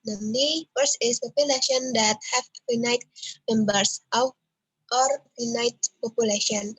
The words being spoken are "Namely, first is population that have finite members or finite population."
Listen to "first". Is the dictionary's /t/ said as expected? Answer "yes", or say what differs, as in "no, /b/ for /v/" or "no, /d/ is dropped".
no, /t/ is dropped